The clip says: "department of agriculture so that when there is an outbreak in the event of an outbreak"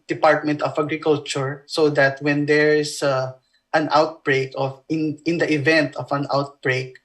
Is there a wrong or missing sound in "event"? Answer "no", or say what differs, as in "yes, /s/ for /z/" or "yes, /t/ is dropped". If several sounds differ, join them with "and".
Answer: no